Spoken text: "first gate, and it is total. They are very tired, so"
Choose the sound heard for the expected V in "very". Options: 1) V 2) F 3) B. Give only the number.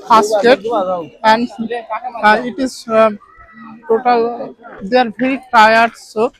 3